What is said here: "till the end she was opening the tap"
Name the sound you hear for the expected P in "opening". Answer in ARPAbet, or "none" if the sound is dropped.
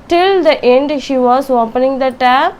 P